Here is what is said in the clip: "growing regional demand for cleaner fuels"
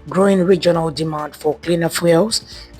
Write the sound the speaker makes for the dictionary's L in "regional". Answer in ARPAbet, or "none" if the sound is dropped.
L